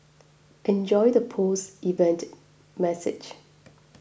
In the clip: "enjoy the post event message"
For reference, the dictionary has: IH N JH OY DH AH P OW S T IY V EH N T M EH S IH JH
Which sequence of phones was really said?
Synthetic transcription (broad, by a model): IH N JH OY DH AH P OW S IY V EH N T M EH S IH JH